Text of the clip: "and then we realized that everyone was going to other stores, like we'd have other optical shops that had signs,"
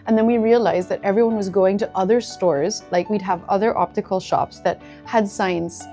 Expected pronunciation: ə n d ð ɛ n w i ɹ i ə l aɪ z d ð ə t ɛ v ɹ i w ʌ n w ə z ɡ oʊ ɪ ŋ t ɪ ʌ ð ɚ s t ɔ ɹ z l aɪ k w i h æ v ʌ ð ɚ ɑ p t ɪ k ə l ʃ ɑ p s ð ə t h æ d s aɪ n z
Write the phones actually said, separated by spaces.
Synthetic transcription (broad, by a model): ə n ð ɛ n w i ɹ i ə l aɪ z ð ə t ɛ v ɹ i w ʌ n w ə z ɡ oʊ ɪ ŋ t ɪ ʌ ð ɚ s t ɔ ɹ z l aɪ k w i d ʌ v ʌ ð ɚ ɑ p t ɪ k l ʃ ɑ p s ð ə t h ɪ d s aɪ n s